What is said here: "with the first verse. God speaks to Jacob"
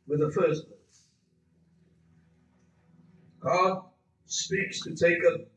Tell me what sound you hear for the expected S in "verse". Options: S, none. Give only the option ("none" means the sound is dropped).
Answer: none